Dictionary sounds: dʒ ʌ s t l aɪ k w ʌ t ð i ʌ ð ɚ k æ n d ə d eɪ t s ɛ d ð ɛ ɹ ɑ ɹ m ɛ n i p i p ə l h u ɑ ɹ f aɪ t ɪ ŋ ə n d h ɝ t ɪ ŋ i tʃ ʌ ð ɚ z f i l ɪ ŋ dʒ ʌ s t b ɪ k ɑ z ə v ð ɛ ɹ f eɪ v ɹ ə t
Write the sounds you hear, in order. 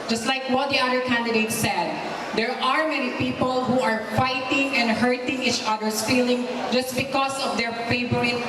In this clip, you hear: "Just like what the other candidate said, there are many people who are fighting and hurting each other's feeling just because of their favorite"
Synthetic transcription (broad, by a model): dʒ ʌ s t l aɪ k w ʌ t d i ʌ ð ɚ k æ n d ə d eɪ t s ɛ d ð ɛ ɹ ɑ ɹ m ɛ n i p i p ə l h u ɑ ɹ f aɪ t ɪ ŋ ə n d h ɝ t ɪ ŋ i tʃ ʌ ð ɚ s f i l ɪ ŋ dʒ ʌ s t b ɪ k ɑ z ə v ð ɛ ɹ f eɪ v ɹ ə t